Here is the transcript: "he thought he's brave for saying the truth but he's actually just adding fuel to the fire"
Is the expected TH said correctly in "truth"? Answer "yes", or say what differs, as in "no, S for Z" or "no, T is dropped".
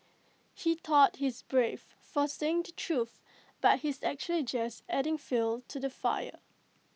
yes